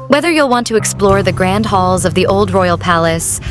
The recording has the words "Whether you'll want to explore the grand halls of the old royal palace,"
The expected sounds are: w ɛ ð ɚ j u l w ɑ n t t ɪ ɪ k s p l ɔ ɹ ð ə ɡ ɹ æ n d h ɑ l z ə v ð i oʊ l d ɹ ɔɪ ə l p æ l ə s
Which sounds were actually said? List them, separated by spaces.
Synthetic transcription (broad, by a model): w ɛ ð ɚ j u l w ɑ n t t ɪ ɪ k s p l ɔ ɹ ð ə ɡ ɹ æ n d h ɑ l z ə v ð i oʊ l d ɹ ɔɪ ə l p æ l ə s